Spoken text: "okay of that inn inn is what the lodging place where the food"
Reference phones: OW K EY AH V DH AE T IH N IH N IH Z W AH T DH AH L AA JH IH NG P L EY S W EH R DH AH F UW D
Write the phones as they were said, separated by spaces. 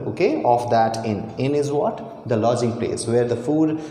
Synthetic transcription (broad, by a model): OW K EY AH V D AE T IH N IH N IH Z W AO T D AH L AA JH IH NG P L EY S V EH R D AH F UW D